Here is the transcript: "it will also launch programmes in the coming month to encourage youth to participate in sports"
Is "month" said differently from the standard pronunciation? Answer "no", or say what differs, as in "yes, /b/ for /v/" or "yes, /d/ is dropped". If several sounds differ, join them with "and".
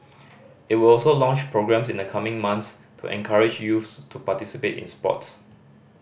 yes, /s/ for /θ/